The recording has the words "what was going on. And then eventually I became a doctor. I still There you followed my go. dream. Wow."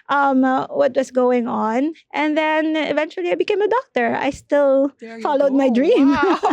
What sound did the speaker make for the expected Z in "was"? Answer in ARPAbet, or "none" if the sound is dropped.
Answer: S